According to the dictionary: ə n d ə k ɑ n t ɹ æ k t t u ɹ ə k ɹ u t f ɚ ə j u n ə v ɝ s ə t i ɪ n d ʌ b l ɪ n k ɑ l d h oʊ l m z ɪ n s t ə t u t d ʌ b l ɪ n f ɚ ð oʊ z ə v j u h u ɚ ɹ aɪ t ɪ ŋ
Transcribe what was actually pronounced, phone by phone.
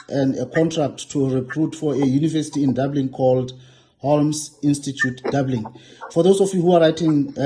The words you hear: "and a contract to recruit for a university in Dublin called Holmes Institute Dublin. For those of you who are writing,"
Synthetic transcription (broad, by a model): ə n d ə k ɑ n t ɹ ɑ k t t u ɹ ə k ɹ u t f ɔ ə j u n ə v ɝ s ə t i ɪ n d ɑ b l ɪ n k ɑ l d h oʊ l m s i n s t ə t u t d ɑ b l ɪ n f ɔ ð oʊ s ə f j u h u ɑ ɹ aɪ t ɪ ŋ